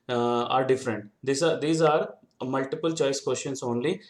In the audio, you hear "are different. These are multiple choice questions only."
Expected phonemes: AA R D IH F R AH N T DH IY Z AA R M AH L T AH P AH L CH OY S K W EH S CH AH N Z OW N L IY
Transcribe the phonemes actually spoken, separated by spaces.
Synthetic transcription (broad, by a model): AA R D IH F R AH N T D IY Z AA R M AH L T AH P AH L CH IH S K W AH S SH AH N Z OW N L IY